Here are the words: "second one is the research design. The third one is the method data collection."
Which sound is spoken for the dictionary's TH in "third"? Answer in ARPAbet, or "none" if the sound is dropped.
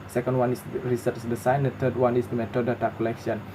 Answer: T